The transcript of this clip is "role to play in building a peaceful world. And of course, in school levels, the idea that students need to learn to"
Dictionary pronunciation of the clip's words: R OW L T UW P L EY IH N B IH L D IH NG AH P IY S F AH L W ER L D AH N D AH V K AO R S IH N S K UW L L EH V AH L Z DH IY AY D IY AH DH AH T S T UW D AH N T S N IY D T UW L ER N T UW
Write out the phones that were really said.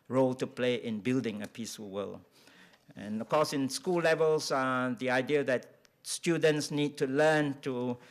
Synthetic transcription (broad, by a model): R OW L T UW P L EY IH N B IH L D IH NG AH P IY S F AH L W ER L AH N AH F K AO S IH N S K UW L L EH V AH L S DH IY AY D IY AH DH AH T S T UW D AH N T S N IY D T UW L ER N T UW